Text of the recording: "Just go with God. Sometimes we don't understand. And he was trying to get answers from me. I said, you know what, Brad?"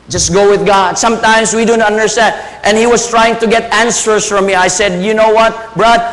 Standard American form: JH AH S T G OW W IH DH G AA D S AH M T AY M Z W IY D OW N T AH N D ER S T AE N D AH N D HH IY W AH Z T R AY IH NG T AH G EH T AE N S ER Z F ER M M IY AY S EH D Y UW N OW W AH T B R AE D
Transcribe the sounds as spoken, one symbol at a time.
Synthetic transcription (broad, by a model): JH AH S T G OW W IH DH G AA D S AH M T AY M S W IY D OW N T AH N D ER S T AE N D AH N HH IY W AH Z T R AY IH NG T AH G EH T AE N S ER S F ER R M IY AY S EH D Y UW N OW W AH T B R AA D